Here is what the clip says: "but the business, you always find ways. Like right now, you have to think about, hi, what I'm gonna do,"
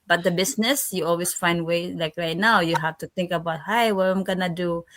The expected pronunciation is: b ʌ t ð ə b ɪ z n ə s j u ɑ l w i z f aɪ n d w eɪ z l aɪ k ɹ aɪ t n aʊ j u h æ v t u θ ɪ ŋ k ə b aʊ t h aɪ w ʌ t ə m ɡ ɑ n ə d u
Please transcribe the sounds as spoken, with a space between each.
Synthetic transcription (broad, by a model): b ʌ t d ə b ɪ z n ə s j u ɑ l w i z f aɪ n d w eɪ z l aɪ k ɹ aɪ t n aʊ j u h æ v t u t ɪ ŋ k ə b aʊ t h aɪ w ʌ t ə m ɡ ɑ n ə d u